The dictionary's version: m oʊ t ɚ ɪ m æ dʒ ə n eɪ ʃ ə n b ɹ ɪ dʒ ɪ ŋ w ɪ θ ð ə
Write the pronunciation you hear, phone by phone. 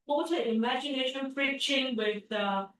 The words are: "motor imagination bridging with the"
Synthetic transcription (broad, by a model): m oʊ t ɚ ɪ m æ dʒ ə n eɪ ʃ ə n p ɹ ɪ tʃ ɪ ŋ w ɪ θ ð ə